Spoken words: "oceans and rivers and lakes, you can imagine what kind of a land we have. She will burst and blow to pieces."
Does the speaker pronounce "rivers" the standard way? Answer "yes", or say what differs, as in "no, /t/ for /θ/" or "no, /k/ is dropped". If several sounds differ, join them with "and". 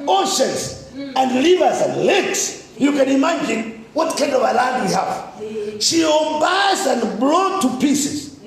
no, /l/ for /ɹ/